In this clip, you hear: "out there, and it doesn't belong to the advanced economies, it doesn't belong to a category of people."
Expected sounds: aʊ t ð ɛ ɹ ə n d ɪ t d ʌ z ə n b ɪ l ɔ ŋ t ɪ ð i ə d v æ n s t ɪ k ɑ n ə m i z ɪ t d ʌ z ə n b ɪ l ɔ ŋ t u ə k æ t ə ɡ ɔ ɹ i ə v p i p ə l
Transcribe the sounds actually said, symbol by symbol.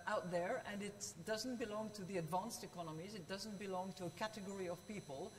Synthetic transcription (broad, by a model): aʊ t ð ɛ ɹ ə n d ɪ t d ʌ z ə n b ɪ l ɔ ŋ t ɪ ð i ə d v æ n s t ɪ k ɑ n ə m i z ɪ t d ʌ z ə n b ɪ l ɔ ŋ t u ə k æ t ə ɡ ɔ ɹ i ə v p i p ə l